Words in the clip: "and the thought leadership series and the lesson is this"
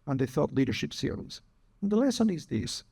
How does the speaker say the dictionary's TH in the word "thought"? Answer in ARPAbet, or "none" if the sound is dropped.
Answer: TH